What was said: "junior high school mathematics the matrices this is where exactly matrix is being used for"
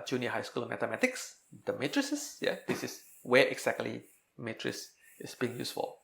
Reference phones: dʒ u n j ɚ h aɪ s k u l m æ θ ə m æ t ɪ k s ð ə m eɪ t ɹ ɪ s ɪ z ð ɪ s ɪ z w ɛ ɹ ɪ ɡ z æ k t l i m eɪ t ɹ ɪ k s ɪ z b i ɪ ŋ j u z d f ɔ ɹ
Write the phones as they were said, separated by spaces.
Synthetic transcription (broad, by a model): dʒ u n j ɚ h aɪ s k u l m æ t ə m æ t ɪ k s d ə m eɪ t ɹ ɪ s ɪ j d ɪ s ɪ s w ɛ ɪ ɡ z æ k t l i m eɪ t ɹ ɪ s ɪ s b i ɪ ŋ j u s f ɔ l